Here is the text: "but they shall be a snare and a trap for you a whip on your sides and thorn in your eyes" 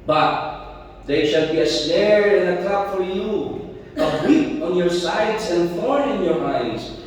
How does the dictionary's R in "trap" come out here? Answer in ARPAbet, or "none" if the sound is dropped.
none